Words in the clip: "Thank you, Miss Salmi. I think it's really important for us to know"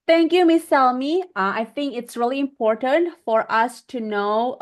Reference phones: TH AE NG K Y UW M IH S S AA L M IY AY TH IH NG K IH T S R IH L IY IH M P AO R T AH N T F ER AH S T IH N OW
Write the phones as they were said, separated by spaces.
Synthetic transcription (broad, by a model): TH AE NG K Y UW M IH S S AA L M IY AY TH IH NG K IH T S R IH L IY IH M P AO R T AH N T F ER AH S T IH N OW